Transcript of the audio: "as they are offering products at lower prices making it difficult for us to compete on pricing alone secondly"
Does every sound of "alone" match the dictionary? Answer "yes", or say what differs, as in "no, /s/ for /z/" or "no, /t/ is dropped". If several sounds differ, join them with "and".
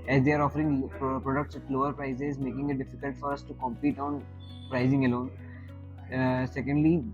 yes